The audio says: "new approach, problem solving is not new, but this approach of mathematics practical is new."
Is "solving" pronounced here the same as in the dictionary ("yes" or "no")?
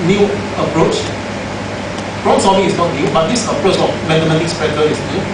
no